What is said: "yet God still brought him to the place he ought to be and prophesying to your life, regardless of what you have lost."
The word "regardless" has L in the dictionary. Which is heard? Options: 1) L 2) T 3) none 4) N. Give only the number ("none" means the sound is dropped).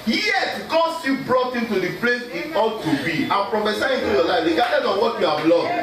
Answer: 3